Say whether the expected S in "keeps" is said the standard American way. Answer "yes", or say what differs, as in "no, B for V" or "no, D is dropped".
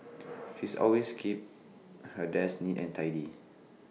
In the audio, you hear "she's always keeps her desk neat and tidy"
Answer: no, S is dropped